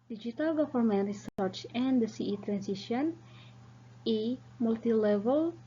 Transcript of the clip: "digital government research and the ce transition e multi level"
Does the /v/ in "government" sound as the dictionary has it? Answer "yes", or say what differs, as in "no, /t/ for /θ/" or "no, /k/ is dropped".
no, /f/ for /v/